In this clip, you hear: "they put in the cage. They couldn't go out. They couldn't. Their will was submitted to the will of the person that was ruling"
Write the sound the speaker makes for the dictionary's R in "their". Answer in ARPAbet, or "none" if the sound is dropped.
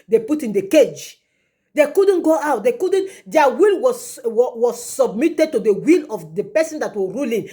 L